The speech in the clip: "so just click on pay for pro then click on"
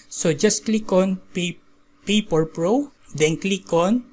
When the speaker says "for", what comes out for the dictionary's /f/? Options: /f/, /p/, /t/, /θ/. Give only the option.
/p/